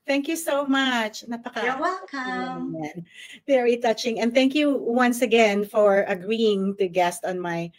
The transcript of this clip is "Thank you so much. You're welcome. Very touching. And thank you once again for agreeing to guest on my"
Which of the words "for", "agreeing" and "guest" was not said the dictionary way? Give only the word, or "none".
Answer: none